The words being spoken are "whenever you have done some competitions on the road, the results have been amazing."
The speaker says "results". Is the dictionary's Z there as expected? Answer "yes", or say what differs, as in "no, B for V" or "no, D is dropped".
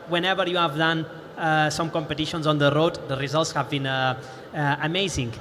yes